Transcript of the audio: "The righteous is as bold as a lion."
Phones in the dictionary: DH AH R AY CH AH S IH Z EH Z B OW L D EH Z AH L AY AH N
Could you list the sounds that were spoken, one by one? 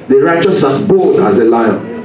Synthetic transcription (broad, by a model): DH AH R AY CH AH S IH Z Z B OW L D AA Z AH L AY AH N